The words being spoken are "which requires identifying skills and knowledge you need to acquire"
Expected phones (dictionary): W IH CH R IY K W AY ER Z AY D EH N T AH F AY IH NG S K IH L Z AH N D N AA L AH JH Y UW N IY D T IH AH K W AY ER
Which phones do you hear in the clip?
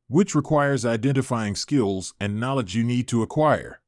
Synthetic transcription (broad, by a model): W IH CH R IY K W AY ER Z AY D EH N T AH F AY IH NG S K IH L Z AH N N AA L AH JH Y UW N IY D T IH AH K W AY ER